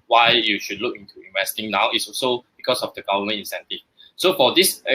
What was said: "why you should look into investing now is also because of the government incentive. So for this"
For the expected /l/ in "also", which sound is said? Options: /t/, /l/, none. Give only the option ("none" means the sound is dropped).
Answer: none